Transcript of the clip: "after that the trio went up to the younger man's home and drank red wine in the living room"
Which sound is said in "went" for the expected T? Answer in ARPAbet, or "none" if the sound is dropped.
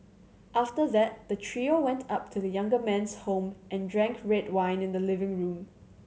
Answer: T